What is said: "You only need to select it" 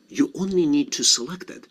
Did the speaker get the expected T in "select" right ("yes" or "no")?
yes